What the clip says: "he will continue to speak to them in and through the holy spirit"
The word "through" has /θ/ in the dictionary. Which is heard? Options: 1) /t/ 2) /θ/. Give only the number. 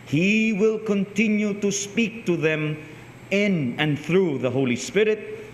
2